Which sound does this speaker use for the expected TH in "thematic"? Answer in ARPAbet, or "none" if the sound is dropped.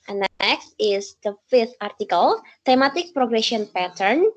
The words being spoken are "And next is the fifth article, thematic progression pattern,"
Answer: T